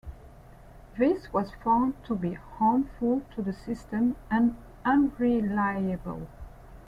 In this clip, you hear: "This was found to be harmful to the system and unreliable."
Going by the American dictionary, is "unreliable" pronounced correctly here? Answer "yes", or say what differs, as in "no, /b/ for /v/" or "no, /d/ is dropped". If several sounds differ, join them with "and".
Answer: yes